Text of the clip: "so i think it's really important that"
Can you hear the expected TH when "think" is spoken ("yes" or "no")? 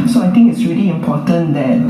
no